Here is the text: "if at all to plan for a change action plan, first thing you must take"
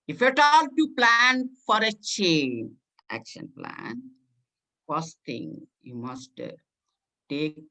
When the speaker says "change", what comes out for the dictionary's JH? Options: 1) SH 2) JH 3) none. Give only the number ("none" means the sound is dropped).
3